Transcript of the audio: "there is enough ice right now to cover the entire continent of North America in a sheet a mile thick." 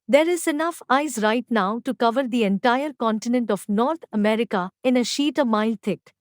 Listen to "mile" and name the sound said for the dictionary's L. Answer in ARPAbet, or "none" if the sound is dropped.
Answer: L